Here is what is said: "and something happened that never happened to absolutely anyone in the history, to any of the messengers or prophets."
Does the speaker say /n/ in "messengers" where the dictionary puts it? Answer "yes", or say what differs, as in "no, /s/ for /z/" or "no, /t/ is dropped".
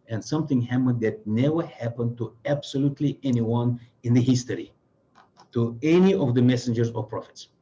yes